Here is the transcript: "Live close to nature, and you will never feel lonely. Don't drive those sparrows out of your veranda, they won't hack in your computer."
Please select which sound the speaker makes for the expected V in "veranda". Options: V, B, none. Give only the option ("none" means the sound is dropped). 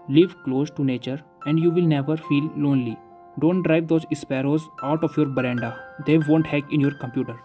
B